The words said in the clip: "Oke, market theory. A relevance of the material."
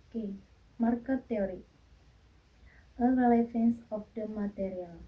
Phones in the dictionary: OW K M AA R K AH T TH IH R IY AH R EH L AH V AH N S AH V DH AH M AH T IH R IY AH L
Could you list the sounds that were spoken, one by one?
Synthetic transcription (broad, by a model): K M AA R K AH T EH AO R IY AH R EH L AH F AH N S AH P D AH M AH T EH R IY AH L